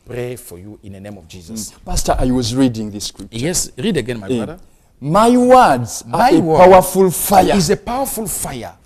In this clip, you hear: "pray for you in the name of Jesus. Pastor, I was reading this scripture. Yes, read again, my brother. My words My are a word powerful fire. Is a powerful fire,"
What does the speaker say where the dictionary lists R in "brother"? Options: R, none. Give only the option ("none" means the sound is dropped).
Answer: none